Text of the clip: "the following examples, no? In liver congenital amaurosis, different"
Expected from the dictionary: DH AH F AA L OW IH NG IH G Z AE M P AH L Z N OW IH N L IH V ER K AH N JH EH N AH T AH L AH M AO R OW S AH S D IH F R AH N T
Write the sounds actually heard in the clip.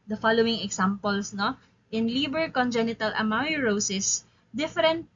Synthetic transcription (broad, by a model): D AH F AA L OW IH NG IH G S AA M P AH L S N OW IH N L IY B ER K AH N JH EH N AH T AH L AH M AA R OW S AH S D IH F R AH N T